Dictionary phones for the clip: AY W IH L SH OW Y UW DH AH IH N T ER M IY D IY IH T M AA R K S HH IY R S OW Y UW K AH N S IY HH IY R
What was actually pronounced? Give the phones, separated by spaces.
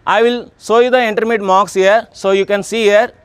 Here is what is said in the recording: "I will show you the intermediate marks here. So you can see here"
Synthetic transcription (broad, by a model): AY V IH L S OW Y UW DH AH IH N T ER M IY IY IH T M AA K S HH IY R S OW Y UW K AH N S IY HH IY R